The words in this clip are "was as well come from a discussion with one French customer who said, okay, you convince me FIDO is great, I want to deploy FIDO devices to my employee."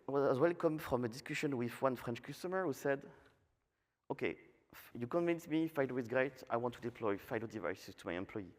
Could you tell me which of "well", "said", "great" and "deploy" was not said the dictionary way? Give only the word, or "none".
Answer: none